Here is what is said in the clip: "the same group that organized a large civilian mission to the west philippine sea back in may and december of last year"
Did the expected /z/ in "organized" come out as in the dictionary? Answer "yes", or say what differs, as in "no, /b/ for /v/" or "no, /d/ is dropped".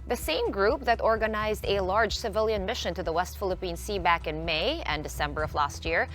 yes